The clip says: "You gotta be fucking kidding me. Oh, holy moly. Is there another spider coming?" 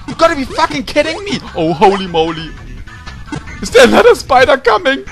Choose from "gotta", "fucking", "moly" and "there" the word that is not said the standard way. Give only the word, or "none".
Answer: there